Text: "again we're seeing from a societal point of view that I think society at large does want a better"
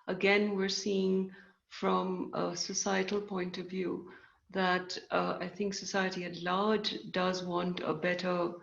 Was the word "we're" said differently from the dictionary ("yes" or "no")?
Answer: no